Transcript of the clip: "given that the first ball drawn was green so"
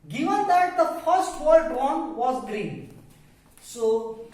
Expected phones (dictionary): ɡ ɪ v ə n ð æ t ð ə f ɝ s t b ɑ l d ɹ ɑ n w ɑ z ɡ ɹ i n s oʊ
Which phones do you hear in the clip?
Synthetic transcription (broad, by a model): ɡ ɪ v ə n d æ t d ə f ɝ s t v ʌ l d w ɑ n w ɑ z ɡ ɹ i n s oʊ